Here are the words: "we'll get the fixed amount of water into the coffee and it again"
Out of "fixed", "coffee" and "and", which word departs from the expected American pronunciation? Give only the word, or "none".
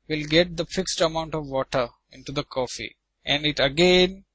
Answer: none